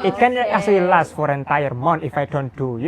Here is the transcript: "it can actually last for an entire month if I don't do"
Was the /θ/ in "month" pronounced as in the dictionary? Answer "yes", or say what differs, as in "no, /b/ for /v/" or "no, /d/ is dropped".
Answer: no, /t/ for /θ/